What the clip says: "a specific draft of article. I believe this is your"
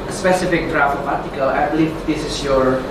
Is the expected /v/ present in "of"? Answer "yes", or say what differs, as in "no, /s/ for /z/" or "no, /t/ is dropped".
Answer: no, /p/ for /v/